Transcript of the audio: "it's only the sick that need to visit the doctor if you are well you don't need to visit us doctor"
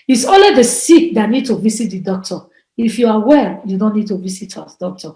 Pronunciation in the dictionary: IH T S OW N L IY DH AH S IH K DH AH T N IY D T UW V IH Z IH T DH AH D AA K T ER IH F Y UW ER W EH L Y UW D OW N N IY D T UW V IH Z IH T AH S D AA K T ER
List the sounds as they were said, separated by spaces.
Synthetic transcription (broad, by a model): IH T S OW L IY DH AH S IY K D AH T N IY D T UW V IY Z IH T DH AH D AA K T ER IH F Y UW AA W EH L Y UW D OW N N IY D T UW V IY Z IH T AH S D AA K T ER